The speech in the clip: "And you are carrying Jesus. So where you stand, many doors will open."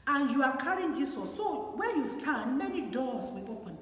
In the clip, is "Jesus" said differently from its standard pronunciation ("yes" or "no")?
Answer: yes